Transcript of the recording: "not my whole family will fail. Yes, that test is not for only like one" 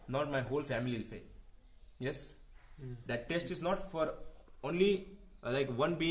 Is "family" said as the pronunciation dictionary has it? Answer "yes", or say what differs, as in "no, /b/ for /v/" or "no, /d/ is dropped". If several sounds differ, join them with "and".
no, /l/ is dropped